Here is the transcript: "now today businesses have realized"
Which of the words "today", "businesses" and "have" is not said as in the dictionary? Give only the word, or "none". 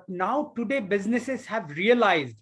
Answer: none